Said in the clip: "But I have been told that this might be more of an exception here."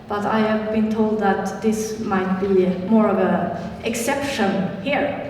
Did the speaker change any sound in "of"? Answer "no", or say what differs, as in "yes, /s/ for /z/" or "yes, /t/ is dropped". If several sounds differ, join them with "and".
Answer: no